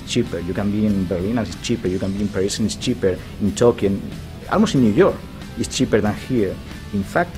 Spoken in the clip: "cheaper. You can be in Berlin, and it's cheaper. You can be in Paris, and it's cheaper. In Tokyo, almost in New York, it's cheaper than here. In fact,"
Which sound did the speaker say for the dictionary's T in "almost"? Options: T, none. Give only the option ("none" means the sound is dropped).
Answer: none